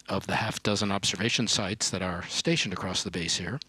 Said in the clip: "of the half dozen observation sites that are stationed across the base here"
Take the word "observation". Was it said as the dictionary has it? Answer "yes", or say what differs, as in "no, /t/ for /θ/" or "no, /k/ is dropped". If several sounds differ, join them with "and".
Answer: yes